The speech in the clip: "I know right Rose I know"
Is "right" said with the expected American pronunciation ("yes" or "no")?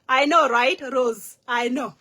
yes